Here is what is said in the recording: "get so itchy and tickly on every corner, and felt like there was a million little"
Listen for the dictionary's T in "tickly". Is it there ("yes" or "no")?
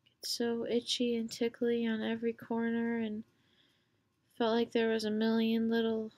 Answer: yes